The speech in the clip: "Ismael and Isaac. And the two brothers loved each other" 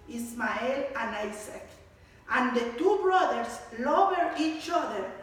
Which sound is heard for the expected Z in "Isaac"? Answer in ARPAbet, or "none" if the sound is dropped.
S